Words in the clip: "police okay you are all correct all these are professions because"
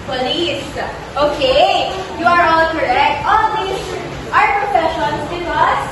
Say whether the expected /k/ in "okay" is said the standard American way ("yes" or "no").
yes